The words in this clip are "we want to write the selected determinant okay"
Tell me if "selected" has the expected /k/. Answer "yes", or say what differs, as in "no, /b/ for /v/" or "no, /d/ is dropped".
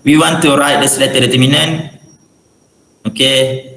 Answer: no, /k/ is dropped